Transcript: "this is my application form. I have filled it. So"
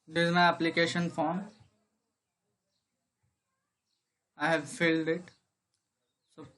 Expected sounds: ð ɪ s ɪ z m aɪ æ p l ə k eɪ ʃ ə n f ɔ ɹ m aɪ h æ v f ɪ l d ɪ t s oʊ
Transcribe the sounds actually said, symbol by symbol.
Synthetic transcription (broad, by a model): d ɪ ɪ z m aɪ æ p l ə k eɪ ʃ ə n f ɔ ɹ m aɪ h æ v f ɪ l d ɪ t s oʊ